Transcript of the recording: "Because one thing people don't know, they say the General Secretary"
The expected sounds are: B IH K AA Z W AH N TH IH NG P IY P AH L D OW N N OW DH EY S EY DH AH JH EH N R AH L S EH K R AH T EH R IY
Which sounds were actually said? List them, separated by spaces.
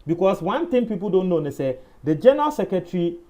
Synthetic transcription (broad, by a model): B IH K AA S W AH N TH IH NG P IY P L D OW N N OW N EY S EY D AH JH EH N R AH L S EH K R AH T R IY